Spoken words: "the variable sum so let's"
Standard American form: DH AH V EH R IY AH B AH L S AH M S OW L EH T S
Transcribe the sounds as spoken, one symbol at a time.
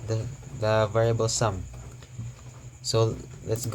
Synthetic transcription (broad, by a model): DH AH V EH R IY AH B AH L S AH M S OW L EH T S